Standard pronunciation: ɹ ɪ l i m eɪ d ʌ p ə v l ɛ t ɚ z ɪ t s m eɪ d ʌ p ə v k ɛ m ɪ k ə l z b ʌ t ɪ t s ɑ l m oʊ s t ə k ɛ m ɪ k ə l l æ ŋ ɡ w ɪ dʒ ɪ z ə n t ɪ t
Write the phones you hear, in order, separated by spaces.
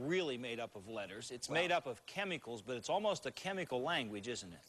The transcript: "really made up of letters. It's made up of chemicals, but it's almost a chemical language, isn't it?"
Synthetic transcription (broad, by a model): ɹ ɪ l i m eɪ d ʌ p ə v l ɛ t ɚ z ɪ t s m eɪ d ʌ p ə v k ɛ m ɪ k l z b ʌ t ɪ t s ɑ l m oʊ s t ə k ɛ m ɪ k l l æ ŋ ɡ w ɪ dʒ ɪ z n t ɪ t